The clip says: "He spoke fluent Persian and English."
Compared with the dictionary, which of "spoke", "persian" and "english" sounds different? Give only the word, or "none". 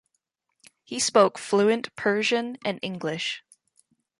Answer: none